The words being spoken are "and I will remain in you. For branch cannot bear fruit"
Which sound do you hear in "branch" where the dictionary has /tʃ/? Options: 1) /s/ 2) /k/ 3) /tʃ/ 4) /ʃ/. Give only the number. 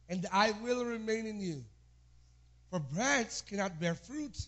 1